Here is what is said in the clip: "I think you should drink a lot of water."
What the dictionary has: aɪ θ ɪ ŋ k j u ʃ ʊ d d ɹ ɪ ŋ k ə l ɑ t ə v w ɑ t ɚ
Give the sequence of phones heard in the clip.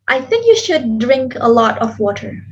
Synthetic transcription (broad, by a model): aɪ θ ɪ ŋ k j u ʃ ʊ d d ɹ ɪ ŋ k ə l ɑ t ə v w ɑ t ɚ